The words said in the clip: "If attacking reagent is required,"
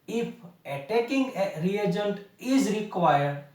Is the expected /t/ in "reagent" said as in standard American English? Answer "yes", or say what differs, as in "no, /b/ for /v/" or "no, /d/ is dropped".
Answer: yes